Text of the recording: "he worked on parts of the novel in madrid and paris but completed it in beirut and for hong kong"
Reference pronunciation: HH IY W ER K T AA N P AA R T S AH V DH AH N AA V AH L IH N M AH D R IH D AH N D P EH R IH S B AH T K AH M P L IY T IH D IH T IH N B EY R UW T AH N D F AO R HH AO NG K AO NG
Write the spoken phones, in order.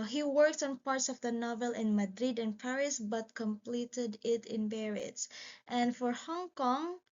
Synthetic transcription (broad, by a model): HH IY W ER K T AA N P AA R T S AH V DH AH N AA V AH L IH N M AH D R IH D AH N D P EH R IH S B AH T K AH M P L IY T IH D IH T IH N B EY R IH T AH N D F AO R HH AO NG K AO NG